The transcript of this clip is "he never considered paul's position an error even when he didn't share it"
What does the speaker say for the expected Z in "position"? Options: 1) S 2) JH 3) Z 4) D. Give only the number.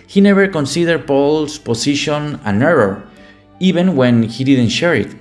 1